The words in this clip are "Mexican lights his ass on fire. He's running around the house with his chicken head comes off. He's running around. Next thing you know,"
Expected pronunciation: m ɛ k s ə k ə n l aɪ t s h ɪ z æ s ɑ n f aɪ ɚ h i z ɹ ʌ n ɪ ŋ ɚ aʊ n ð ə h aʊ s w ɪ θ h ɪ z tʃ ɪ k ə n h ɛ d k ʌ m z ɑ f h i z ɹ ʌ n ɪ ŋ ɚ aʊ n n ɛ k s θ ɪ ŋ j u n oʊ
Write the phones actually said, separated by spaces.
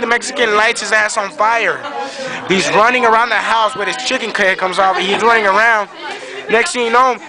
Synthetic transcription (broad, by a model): m ɛ k s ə k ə n l aɪ t s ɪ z æ s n f aɪ ɚ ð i z ɹ ʌ n ɪ ŋ ɚ aʊ n ð ə h aʊ s w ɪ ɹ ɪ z tʃ ɪ k ə n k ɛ k ʌ m z ɑ f h i z ɹ ʌ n ɪ ŋ ɚ aʊ n n ɛ k s t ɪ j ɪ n oʊ